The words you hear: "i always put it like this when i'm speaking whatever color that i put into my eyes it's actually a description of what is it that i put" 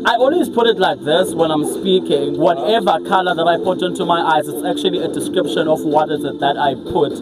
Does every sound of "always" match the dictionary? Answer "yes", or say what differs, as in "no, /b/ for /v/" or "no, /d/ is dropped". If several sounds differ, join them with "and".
no, /n/ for /l/